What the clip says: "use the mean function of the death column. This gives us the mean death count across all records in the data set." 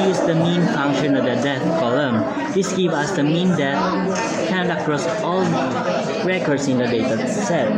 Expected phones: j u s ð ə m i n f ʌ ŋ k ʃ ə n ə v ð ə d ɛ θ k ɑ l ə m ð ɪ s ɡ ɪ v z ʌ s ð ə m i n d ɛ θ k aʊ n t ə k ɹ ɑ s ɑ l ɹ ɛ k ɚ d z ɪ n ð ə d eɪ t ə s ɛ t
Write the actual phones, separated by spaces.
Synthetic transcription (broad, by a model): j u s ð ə m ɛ n f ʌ ŋ k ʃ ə n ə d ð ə d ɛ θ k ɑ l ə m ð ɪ s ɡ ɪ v ʌ s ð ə m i n d ɛ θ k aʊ n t ə k ɹ ɑ s ɑ l ɹ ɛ k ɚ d s ɪ n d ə d eɪ t ə s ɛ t